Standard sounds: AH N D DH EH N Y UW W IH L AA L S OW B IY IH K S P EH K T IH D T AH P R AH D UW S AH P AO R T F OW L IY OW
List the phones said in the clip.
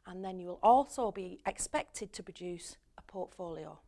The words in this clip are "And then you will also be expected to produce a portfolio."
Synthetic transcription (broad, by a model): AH N DH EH N Y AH W IH L AA L S OW B IY IH K S P EH K T IH D T AH P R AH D UW S AH P AO T F OW L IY OW